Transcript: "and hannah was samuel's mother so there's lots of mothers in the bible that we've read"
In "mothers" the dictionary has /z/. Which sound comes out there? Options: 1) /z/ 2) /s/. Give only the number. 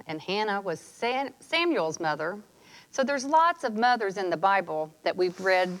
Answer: 1